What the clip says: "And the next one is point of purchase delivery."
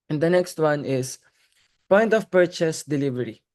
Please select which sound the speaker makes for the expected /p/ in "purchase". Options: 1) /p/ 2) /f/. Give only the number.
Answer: 1